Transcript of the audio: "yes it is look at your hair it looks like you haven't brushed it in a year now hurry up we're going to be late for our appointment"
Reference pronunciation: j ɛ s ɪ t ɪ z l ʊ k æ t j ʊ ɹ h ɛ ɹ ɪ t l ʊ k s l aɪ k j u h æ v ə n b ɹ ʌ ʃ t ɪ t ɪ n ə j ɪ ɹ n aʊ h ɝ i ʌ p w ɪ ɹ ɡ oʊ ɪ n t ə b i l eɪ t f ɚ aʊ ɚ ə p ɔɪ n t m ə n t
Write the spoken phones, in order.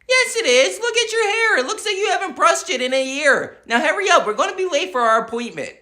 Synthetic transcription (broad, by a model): j ɛ s ɪ t ɪ z l ʊ k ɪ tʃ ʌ ɹ h ɛ ɹ ɪ t l ʊ k s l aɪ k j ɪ h æ v ə n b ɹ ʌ s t ɪ t ɪ n ə j ɪ ɹ n aʊ h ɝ i ʌ p w ɪ ɹ ɡ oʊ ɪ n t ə b i l eɪ t f ɚ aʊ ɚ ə p ɔɪ n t m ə n t